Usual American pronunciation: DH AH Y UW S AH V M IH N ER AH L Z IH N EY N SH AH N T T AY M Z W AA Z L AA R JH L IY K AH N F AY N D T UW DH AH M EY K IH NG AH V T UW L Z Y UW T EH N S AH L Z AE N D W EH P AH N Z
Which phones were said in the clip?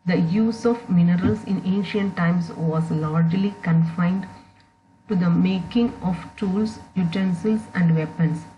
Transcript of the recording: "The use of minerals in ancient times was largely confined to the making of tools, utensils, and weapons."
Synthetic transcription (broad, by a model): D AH Y UW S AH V M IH N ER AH L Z IH N EY N SH AH N T T AY M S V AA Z L AA R JH L IY K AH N F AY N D T UW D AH M EY K IH NG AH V T UW L S Y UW T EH N S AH L S AE N D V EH P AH N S